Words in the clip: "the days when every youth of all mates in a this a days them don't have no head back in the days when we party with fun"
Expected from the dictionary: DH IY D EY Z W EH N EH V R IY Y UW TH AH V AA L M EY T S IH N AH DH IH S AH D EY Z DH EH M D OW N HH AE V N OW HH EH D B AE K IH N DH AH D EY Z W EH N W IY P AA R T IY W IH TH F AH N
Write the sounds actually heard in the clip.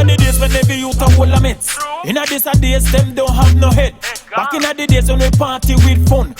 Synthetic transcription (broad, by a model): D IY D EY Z W EH N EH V IY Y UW T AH W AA L M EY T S IH N AH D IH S AH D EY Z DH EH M D OW N HH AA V N OW HH EH D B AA K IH N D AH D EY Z W EH N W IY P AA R T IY W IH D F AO N